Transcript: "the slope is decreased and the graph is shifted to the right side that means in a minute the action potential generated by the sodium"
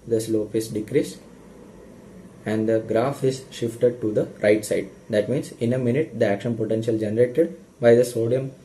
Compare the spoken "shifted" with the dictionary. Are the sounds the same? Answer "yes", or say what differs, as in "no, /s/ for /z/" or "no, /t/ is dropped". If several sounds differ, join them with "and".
yes